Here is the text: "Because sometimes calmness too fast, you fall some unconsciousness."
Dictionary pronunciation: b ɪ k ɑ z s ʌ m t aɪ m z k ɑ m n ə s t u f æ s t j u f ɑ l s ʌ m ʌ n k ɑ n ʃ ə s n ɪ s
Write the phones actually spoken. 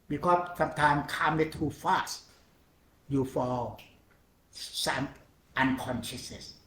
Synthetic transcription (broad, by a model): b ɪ k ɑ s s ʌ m t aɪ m k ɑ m ə t u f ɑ s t j u f ɑ l s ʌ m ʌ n k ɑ n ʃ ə s n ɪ s